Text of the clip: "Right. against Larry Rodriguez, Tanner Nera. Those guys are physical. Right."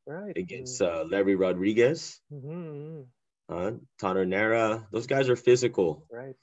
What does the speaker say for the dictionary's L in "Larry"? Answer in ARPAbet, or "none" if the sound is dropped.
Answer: L